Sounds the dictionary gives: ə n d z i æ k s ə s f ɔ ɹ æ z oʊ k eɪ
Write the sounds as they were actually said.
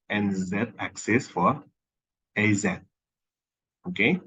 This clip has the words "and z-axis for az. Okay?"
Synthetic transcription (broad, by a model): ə n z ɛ æ k s ə s f ɔ ɹ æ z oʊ k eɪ